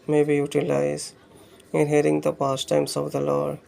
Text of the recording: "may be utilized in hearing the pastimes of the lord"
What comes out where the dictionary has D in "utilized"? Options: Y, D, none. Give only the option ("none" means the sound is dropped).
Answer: none